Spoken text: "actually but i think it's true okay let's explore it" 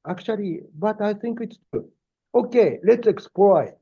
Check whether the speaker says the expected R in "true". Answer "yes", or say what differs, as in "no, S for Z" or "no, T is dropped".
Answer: no, R is dropped